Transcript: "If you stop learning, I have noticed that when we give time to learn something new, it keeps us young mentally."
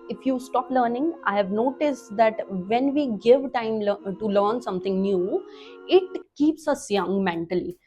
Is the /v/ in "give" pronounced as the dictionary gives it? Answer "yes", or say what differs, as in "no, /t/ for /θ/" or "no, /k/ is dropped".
yes